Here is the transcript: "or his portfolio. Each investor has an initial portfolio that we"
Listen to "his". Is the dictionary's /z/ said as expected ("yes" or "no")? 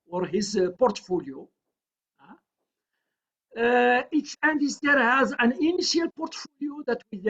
yes